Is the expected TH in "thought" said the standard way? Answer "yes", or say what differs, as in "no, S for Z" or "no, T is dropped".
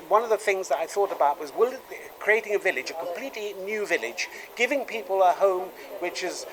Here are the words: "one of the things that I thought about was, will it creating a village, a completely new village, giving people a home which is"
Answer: yes